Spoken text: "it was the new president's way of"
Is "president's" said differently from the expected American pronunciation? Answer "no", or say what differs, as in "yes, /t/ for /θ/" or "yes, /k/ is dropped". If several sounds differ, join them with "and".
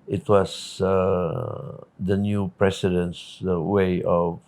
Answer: yes, /s/ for /z/